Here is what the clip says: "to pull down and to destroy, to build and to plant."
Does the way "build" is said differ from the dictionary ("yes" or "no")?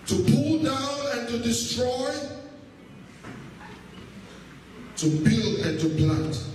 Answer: no